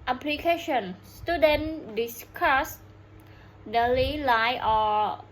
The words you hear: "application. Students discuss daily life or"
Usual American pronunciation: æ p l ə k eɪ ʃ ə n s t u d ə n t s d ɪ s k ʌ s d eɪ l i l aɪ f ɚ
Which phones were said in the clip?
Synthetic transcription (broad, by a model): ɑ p l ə k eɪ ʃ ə n s t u d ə n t d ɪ s k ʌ s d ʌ l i l aɪ ɔ